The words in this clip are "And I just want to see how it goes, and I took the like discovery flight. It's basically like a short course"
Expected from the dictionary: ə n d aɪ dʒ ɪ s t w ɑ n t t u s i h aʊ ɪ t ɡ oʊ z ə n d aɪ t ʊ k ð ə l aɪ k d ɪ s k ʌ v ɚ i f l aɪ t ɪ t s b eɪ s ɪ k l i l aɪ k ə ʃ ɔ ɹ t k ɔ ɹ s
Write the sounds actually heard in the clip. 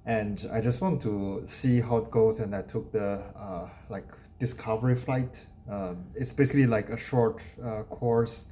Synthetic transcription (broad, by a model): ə n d aɪ dʒ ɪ s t w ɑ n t t u s i h aʊ ɪ t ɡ oʊ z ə n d aɪ t ʊ k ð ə l aɪ k d ɪ s k ʌ v ɚ i f l aɪ t ɪ t s b eɪ s ɪ k l i l aɪ k ə ʃ ɔ ɹ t k ɔ ɹ s